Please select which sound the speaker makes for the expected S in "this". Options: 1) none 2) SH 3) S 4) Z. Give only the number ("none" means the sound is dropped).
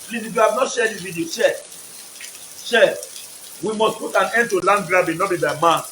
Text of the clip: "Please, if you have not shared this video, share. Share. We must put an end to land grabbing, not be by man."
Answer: 1